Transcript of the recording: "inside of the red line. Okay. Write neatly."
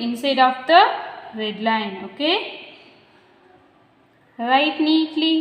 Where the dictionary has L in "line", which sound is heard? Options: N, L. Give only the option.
L